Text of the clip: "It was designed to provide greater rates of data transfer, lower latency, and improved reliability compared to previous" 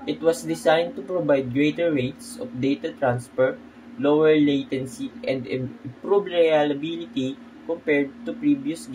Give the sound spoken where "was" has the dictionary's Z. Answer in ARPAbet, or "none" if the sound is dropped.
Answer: S